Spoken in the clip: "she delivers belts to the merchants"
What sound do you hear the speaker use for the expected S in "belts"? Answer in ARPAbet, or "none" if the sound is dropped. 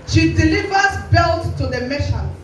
none